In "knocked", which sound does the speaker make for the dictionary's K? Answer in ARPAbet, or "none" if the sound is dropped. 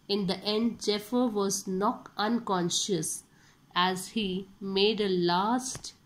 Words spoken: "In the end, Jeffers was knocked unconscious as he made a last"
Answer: none